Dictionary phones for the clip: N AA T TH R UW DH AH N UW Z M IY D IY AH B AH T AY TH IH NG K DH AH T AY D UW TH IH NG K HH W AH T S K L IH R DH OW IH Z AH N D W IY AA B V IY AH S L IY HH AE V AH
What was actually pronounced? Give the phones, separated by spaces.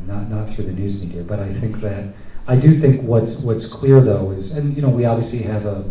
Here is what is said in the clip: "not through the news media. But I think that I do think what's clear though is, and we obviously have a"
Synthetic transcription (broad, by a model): N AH T TH R UW DH AH N UW Z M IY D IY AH B AH T AY TH IH NG K DH AH T AY D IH TH IH NG K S W AH T S K L IH R DH OW IH Z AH N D W IY AA B V IY AH S L IY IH V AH